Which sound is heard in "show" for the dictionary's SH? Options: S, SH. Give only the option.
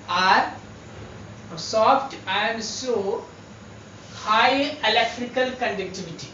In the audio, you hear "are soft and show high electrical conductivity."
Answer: S